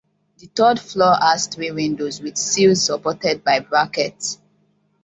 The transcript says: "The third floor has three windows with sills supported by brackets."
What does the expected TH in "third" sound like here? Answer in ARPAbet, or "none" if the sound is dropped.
T